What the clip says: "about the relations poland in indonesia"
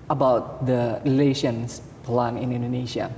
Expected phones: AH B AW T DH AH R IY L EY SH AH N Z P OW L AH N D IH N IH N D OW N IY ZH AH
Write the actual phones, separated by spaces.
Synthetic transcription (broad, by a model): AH B AW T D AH R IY L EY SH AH N S P L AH N IH N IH N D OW N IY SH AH